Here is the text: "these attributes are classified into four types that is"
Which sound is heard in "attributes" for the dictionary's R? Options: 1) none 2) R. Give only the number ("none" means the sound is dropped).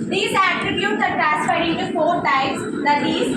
2